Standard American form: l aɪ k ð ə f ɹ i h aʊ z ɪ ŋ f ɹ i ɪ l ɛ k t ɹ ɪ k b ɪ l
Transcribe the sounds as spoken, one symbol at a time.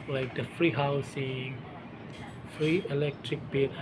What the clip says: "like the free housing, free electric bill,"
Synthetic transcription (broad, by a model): l aɪ k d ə f ɹ i h aʊ s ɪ ŋ f ɹ i ɪ l ɛ k t ɹ ɪ k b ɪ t